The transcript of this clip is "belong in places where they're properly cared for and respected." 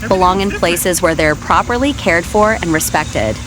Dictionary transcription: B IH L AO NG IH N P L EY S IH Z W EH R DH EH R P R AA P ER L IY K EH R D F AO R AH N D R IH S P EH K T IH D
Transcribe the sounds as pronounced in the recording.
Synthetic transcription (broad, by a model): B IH L AO NG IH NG P L EY S IH Z W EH R DH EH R P R AA P ER L IY K EH R D F AO R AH N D R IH S P EH K T IH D